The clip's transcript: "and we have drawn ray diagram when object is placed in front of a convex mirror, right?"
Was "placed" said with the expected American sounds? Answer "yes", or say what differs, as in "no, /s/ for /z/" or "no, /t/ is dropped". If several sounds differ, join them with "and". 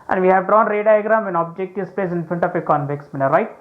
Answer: no, /t/ is dropped